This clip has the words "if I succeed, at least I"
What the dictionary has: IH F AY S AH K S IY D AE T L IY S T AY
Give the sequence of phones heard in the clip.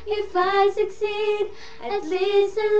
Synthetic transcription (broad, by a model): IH F AY S AH K S IY D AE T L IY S AY